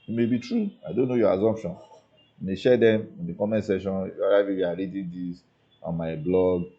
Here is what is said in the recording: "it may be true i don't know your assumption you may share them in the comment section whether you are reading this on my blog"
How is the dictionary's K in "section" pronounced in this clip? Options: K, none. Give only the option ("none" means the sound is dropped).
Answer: none